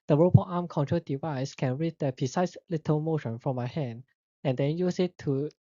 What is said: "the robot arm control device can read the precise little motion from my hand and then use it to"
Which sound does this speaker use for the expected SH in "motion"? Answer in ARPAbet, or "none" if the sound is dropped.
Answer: SH